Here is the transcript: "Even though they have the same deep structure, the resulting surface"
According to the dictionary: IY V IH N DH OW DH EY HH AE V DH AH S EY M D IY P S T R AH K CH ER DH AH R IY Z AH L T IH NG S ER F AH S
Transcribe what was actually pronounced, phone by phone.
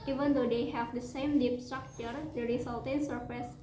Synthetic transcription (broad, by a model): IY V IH N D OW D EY HH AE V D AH S EY M D IY P S T R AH K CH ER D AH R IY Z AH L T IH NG S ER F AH S